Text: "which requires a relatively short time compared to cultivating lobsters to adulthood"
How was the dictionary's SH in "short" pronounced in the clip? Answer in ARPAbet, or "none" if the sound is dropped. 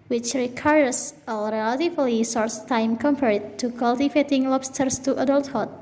S